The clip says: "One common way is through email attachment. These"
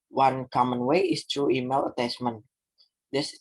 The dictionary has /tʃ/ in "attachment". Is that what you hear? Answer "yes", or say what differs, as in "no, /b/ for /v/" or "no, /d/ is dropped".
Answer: no, /s/ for /tʃ/